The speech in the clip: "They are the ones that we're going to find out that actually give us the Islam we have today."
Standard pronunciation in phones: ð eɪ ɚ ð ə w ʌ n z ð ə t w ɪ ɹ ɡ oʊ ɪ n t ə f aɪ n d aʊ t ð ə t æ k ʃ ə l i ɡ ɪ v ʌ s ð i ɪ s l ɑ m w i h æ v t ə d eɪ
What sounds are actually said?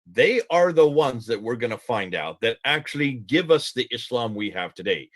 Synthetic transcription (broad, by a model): ð eɪ ɚ ð ə w ʌ n z ð ə t w ɪ ɹ ɡ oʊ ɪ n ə f aɪ n d aʊ t ð ə t æ k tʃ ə l i ɡ ɪ v ʌ s ð i ɪ s l ɑ m w i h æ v t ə d eɪ